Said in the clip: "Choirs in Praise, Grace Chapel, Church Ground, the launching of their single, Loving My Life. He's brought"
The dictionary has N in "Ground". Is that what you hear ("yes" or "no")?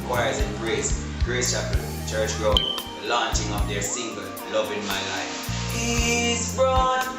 no